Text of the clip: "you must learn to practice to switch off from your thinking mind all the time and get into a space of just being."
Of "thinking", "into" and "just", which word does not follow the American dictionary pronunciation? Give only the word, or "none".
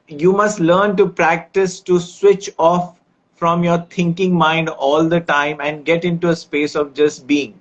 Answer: thinking